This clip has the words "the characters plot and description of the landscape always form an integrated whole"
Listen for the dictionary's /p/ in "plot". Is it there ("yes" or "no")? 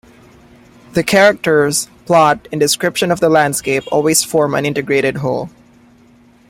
yes